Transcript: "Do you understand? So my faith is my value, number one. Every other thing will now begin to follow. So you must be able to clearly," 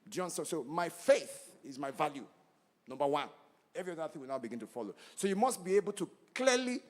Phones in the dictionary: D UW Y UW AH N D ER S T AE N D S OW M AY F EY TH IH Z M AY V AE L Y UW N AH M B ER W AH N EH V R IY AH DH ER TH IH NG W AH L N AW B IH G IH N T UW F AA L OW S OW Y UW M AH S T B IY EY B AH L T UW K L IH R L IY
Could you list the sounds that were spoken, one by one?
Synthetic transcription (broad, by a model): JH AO N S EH S OW M AY F EY TH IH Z M AY V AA L Y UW N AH M B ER W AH N EH V R IY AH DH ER TH IH NG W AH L N AW B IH G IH N T UW F AA L OW S OW Y UW M AH S T B IY EY B AH L T UW K L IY L IY